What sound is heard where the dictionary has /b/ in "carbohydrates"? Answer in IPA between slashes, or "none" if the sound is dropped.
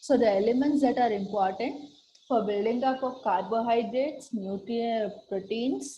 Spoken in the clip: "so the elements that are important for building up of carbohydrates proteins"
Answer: /b/